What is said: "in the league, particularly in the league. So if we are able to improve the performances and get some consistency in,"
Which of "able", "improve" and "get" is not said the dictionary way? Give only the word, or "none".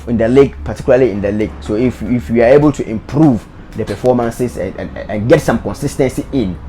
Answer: none